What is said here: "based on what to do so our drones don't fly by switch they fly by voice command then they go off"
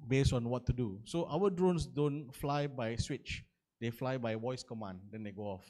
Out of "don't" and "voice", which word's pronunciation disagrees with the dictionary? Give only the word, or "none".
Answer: voice